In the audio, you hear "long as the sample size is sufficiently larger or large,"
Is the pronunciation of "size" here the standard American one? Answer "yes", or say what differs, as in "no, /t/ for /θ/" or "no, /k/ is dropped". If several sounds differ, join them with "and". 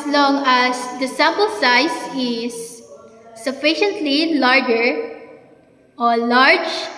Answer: no, /s/ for /z/